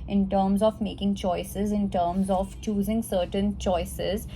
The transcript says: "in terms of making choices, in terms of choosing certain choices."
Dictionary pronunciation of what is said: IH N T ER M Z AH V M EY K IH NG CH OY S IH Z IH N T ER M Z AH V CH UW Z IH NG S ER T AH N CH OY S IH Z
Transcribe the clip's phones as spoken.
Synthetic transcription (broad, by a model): IH N T ER M Z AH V M EY K IH NG CH OY S IH Z IH N T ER M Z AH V CH UW Z IH NG S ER T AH N CH OY S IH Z